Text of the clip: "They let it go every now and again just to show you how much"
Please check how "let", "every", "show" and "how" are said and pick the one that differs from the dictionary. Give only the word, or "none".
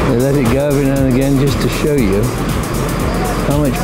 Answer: every